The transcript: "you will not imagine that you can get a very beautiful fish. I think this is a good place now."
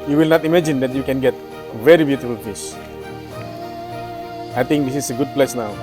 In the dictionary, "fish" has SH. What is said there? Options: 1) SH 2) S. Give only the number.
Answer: 2